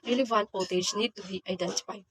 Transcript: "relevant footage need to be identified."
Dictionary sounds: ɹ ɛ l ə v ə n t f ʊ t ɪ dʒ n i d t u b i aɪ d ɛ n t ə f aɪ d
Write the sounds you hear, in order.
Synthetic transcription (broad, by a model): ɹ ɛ l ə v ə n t p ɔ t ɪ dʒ n i d t u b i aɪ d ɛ n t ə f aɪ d